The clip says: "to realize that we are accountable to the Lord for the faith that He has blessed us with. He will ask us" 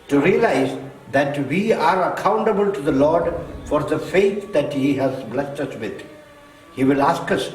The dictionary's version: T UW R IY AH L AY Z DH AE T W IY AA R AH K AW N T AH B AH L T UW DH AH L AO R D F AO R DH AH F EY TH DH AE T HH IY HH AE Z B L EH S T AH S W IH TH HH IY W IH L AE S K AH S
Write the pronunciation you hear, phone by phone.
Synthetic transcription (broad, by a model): T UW R IY AH L AY Z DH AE T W IY AA R AH K AW N T AH B AH L T UW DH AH L AO R D F AO R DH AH F EY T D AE T HH IY HH AE Z B L EH S T AH S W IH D HH IY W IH L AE S K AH S